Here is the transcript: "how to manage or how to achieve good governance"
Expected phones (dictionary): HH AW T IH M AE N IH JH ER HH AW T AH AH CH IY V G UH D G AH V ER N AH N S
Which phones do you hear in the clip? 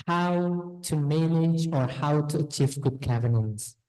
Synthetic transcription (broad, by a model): HH AW T IH M AE N IH JH ER HH AW T AH AH CH IY V G UH D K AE V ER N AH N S